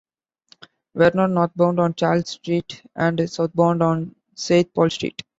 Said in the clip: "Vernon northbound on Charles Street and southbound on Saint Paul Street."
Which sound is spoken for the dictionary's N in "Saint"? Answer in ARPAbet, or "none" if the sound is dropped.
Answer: none